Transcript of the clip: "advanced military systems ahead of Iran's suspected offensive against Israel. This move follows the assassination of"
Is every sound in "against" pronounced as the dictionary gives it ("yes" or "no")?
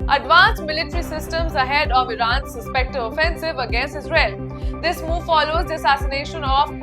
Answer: yes